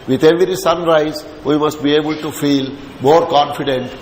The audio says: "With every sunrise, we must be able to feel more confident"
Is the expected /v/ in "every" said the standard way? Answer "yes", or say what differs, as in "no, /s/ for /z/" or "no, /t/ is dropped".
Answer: yes